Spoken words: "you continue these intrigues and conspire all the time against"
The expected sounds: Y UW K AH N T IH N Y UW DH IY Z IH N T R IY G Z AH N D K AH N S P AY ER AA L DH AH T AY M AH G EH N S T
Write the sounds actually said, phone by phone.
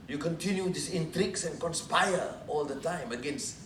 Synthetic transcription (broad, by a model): Y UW K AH N T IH N Y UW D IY S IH N T R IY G S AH N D K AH N S P AY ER AA L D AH T AY M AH G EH N S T